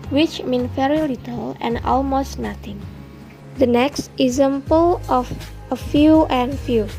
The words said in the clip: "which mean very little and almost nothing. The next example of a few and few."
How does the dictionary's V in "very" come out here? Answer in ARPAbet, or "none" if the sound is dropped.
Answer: F